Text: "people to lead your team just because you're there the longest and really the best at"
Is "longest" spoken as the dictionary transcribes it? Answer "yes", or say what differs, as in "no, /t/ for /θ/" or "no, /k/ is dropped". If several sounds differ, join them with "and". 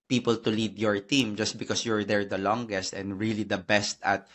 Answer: yes